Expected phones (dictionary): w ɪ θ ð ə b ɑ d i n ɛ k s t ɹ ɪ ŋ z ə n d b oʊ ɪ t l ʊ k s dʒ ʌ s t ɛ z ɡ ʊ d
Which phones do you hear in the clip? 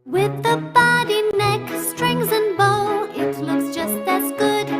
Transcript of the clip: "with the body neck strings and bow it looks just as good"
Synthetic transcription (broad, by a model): w ɪ ð ə b ɑ d i n ɛ k s t ɹ ɪ ŋ z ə n b oʊ ɪ t l ʊ k s dʒ ʌ s t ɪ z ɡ ʊ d